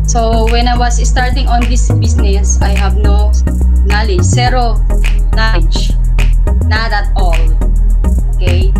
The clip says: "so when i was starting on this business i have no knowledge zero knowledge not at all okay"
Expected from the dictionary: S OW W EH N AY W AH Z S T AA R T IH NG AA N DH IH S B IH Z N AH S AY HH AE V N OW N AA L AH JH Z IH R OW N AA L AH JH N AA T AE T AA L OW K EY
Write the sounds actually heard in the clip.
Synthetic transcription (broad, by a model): S OW W EH N AY W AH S S T AA R T IH NG AA N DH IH S B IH S N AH S AY HH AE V N OW N AA L AH JH S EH R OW N AA L AH JH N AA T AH T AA L OW K EY